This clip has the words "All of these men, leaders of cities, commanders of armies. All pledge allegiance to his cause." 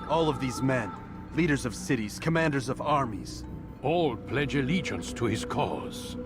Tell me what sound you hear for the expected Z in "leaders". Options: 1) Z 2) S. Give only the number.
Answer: 1